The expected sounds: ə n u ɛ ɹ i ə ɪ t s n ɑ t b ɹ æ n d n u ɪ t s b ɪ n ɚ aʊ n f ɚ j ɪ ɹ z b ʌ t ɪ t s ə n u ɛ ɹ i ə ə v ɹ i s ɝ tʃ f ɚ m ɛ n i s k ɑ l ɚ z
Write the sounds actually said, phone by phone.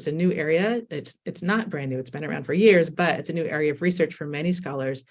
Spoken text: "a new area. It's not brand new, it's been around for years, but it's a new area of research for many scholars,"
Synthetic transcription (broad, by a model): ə n u ɛ ɹ i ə ɪ t s n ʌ t b ɹ æ n d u ɪ t s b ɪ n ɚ aʊ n f ɚ j ɪ ɹ z b ʌ t ɪ t s ə n u ɛ ɹ i ə ə v ɹ i s ɝ tʃ f ɚ m ɛ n i s k ɑ l ɚ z